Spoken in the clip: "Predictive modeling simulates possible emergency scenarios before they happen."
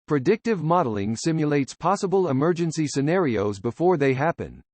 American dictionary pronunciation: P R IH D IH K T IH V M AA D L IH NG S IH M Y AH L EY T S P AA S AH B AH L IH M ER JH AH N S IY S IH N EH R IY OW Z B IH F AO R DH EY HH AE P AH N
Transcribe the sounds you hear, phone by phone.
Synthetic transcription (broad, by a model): P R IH D IH K T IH V M AA D L IH NG S IH M Y AH L EY T S P AA S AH B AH L IH M ER JH AH N S IY S IH N EH R IY OW Z B IH F AO R DH EY HH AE P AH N